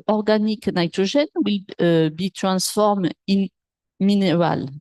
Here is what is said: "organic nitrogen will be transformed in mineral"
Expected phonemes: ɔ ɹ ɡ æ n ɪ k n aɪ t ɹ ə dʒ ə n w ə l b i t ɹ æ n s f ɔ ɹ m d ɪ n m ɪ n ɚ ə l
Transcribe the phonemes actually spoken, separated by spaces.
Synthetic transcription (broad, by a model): ɔ ɹ ɡ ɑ n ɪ k n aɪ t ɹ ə ʒ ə n w ə l b i t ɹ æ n s f ɔ ɹ m ɪ n m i n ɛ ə l